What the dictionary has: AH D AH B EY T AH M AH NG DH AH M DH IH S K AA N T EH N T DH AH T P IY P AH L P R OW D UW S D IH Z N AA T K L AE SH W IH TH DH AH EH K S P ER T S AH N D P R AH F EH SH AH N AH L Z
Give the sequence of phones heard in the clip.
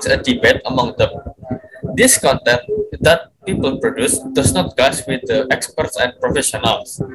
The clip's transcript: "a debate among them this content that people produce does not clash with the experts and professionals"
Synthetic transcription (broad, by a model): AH D AH B EY T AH M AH NG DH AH M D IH S K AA N T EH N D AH T P IY P AH L P R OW D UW S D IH S N AA T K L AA S W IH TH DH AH EH K S P ER T S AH N P R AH F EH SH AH N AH L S